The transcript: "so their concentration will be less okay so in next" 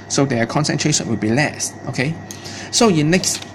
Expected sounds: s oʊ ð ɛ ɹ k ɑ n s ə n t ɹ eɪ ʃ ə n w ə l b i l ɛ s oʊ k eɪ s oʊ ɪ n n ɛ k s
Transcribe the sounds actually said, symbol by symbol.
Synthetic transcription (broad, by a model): s oʊ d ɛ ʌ k ɑ n s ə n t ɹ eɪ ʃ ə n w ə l b i l ɛ s oʊ k eɪ s oʊ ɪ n n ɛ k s